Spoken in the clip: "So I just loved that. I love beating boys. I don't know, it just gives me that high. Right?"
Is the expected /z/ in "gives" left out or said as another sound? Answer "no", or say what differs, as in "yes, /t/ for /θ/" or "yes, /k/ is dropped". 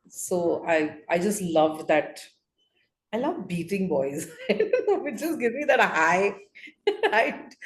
yes, /z/ is dropped